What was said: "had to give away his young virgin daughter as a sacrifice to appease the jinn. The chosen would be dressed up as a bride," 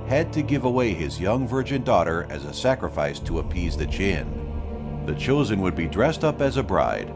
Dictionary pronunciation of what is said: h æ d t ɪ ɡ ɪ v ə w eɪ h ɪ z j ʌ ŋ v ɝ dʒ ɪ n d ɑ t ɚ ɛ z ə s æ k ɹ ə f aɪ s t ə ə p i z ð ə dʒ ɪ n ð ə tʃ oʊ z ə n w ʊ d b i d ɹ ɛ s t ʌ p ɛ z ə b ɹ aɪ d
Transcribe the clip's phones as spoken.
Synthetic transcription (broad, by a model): h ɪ d t ɪ ɡ ɪ v ə w eɪ ɪ z j ʌ ŋ v ɝ dʒ ɪ n d ɑ t ɚ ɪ z ə s æ k ɹ ə f aɪ s t ə ə p i z ð ə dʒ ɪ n ð ə tʃ oʊ z ə n w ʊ d b i d ɹ ɛ s t ʌ p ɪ z ə b ɹ aɪ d